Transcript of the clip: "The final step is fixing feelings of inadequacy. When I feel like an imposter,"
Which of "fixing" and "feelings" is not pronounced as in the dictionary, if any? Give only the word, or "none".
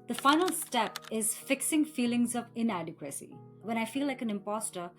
none